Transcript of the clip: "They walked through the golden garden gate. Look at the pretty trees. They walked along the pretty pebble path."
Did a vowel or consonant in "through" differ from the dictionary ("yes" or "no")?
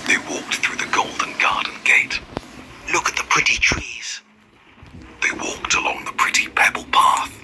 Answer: no